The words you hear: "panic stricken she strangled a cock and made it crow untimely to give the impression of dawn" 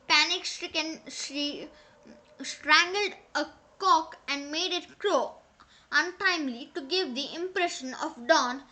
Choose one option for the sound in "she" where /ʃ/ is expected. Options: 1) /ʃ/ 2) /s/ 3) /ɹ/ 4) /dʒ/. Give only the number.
2